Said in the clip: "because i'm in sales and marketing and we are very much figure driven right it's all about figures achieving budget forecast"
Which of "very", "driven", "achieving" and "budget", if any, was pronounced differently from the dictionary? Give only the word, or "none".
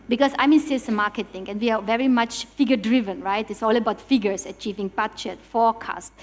budget